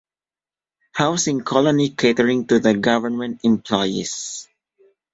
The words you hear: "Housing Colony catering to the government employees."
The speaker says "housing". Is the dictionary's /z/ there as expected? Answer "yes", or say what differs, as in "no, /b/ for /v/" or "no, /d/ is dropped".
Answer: no, /s/ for /z/